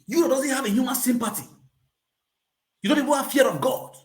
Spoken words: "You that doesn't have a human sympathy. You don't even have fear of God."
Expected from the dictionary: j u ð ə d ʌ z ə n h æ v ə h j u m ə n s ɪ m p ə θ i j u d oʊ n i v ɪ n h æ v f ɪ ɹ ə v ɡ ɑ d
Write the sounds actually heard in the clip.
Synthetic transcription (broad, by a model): j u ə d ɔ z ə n h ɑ v ə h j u m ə n s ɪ m p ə t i j u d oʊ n i v ɪ n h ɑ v f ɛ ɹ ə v ɡ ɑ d